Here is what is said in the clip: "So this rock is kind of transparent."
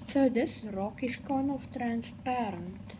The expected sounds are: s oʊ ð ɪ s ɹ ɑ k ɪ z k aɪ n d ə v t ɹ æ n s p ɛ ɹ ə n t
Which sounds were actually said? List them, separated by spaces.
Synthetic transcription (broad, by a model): s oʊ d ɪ s ɹ ɑ k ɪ s k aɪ n ə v t ɹ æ n s p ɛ ɹ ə n t